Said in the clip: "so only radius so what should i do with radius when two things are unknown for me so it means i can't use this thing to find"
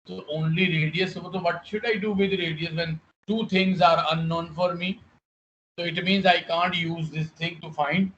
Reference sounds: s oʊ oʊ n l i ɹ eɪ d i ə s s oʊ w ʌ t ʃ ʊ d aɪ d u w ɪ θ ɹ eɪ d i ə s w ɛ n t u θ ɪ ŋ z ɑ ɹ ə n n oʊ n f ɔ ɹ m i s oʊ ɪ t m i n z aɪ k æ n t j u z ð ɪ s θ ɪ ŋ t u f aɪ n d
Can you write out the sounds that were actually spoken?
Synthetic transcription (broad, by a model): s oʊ oʊ n l i ɹ eɪ d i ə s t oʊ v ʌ t ʃ ʊ d aɪ d u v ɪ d ɹ eɪ d i ə s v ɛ n t u t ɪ ŋ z ɑ ɹ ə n n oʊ n f ɔ ɹ m i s oʊ ɪ t m i n z aɪ k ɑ n t j u z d ɪ s t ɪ ŋ t u f aɪ n d